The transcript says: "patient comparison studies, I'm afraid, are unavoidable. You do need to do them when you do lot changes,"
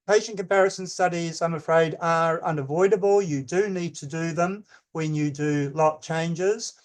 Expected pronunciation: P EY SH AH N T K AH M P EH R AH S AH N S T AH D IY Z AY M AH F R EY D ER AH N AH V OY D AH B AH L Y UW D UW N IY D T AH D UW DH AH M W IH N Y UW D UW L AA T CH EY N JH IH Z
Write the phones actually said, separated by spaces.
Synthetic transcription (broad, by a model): P EY SH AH N K AH M P EH R AH S AH N S T AH D IY Z AY M AH F R EY D ER AH N AH V OY D AH B AH L Y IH D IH N IY D T AH D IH DH AH M W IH N Y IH D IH L AA T CH EY N JH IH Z